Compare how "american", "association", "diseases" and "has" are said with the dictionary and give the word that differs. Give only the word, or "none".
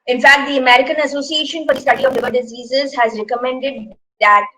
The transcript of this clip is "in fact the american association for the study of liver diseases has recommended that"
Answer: none